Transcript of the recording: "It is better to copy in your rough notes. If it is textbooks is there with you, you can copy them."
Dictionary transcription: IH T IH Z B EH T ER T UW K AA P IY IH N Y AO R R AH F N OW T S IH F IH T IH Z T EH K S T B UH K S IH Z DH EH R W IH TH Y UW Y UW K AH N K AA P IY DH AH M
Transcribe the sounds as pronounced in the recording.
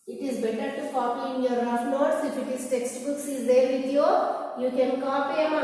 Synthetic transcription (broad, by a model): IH T IH Z B EH T ER T UW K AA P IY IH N Y AO R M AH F L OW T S IH F IH T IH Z T EH K S T B UH K S IH Z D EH R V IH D Y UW Y UW K AH N K AA P IY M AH